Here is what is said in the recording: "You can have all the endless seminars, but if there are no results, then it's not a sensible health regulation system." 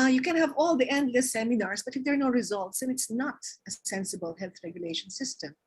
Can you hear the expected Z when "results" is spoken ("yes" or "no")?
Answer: yes